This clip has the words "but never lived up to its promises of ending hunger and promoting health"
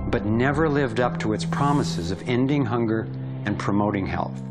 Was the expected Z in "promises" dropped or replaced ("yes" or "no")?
no